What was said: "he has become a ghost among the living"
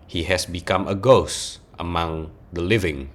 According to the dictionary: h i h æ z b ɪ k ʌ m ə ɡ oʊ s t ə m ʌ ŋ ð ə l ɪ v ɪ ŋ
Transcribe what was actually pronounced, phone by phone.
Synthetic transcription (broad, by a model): h i h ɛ s b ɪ k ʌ m ə ɡ oʊ s t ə m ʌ ŋ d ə l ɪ v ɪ ŋ